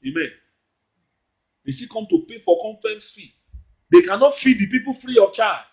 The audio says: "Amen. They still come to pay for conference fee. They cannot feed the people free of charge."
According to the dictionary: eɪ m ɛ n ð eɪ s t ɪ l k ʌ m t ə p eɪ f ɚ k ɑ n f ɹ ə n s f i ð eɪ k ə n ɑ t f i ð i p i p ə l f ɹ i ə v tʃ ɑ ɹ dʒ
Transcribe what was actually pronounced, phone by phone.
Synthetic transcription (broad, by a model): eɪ m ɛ n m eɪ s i k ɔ m t ə p eɪ f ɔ k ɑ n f ə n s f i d eɪ k ə n ɑ t f i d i p i p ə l f ɹ i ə tʃ ɑ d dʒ